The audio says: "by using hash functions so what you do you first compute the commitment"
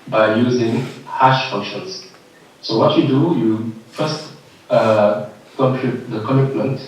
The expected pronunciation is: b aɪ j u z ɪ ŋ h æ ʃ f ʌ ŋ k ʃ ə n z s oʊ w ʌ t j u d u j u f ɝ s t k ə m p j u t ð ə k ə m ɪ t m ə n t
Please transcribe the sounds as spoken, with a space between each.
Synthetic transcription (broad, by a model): b aɪ j u z ɪ ŋ h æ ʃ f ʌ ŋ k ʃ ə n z s oʊ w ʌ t j u d u j u f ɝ s t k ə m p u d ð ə k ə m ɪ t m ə n t